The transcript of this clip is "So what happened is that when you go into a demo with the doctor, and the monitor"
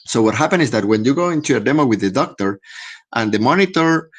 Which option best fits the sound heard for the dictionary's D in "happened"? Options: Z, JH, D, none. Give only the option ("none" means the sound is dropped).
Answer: none